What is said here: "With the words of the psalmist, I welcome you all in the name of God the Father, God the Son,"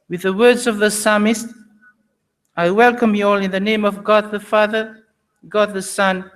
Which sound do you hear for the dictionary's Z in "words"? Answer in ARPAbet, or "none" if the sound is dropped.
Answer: Z